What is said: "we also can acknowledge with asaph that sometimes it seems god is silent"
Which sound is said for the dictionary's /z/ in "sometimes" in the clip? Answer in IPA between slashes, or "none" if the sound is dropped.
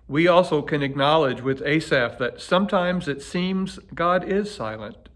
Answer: /z/